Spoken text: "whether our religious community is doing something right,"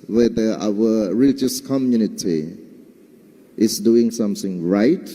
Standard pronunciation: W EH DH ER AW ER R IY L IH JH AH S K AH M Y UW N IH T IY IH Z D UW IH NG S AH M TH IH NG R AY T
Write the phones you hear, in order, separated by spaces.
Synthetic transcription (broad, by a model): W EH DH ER AW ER R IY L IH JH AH S K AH M Y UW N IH T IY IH S D UW IH NG S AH M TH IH NG R AY T